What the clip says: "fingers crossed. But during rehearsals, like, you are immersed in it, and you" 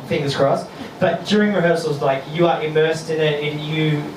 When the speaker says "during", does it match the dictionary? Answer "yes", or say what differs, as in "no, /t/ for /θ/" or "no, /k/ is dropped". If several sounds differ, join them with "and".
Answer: yes